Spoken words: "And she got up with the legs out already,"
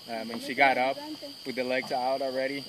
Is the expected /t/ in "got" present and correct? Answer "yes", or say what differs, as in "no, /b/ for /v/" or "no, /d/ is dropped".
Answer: yes